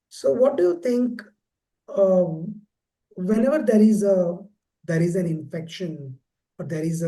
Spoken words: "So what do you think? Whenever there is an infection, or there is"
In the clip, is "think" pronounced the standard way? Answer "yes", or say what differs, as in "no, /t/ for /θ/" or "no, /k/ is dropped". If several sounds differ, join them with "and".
no, /t/ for /θ/